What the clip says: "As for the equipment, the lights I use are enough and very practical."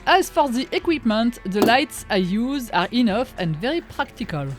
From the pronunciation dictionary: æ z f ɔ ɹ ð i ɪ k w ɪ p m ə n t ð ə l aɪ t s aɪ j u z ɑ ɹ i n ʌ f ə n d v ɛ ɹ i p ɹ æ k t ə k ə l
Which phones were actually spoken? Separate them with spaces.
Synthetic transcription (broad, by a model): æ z f ɔ ɹ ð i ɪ k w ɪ p m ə n t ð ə l aɪ t s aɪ j u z ɑ ɹ i n ʌ f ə n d v ɛ ɹ i p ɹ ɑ k t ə k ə l